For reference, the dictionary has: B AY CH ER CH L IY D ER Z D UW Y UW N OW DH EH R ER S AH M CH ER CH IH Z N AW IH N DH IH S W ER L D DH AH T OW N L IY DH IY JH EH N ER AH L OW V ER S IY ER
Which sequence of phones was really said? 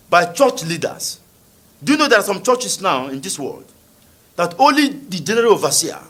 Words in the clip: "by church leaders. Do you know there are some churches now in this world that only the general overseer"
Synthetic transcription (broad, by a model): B AY CH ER CH L IY D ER S D UW Y UW N OW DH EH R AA S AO M CH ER CH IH S N AW IH N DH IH S W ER L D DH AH T OW N L IY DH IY JH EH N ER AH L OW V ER S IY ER